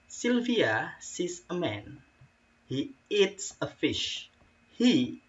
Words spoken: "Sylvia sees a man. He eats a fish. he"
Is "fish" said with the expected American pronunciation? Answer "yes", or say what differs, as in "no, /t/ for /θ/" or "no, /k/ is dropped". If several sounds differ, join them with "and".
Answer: yes